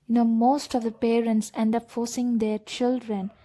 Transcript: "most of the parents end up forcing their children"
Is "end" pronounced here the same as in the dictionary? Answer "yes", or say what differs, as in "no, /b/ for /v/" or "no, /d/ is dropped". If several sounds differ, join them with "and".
yes